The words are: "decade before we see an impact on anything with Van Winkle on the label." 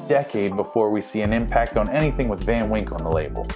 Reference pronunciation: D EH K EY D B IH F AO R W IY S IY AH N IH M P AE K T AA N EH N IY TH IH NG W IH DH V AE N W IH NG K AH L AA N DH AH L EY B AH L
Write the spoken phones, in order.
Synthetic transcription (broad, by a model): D EH K EY D B IH F AO R W IY S IY AH N IH M P AE K T N EH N IY TH IH NG W IH DH V AE N W IH NG K N DH AH L EY B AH L